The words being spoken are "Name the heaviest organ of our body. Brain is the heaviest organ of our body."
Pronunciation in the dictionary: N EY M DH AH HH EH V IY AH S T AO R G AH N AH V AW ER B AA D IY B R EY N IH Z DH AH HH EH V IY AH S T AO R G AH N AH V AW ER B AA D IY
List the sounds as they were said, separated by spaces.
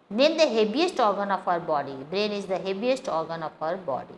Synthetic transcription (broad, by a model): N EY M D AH HH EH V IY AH S T AO R G AH N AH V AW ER B AA D IY B R EY N IH Z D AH HH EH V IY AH S T AO R G AH N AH F AW ER B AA D IY